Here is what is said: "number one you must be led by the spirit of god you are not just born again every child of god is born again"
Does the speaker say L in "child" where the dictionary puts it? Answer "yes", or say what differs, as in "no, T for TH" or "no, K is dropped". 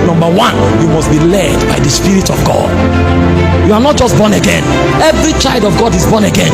yes